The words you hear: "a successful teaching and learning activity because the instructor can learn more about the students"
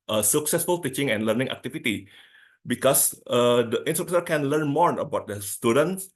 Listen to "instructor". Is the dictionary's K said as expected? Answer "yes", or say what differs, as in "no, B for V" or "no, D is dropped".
no, K is dropped